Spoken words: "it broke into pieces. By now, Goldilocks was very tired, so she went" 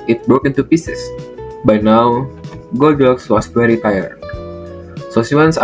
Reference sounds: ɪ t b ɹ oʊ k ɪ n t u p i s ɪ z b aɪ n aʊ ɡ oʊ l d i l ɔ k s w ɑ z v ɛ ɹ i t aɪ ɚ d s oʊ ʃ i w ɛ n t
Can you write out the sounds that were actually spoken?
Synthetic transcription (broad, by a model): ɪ t b ɹ oʊ k ɪ n t u p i s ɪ s b aɪ n aʊ ɡ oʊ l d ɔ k s w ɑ s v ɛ ɹ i t aɪ ɚ d s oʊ s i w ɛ n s